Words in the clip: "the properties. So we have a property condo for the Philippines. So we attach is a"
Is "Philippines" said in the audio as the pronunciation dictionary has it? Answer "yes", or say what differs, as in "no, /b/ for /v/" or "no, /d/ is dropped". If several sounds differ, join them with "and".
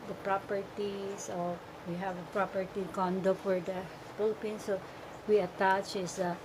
no, /p/ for /f/